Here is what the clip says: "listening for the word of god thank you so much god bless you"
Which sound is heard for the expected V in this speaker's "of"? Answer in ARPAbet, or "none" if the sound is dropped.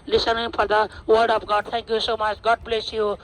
P